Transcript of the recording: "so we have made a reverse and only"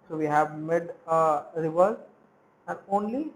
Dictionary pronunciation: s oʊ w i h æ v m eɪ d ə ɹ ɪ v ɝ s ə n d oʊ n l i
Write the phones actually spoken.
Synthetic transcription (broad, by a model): s oʊ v i h æ v m eɪ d ə ɹ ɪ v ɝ ə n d oʊ n l i